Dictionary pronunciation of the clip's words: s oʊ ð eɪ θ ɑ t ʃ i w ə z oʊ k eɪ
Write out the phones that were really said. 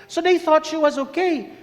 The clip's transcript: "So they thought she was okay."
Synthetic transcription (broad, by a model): s oʊ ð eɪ θ ɑ t ʃ i w ə z oʊ k eɪ